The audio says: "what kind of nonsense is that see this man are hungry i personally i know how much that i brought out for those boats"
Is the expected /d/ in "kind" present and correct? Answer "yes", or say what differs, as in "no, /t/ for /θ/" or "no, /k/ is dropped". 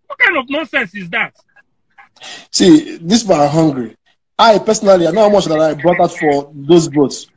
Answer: no, /d/ is dropped